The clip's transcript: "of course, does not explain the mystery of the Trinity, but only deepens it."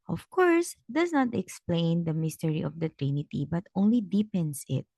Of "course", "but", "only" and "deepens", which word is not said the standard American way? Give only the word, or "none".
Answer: deepens